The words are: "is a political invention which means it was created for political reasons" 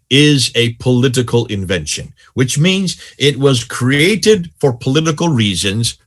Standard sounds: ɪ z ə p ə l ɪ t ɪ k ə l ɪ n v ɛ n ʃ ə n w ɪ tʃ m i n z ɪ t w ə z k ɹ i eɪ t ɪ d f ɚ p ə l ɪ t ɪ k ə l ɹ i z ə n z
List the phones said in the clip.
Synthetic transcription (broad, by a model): ɪ z ə p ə l ɪ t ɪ k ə l ɪ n v ɛ n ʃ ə n w ɪ tʃ m i n z ɪ t w ə z k ɹ i eɪ t ɪ d f ɚ p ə l ɪ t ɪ k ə l ɹ i z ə n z